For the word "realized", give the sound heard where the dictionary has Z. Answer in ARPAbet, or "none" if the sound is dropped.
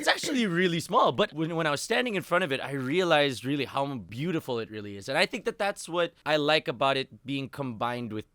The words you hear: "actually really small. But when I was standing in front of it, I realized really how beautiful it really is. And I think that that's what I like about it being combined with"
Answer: Z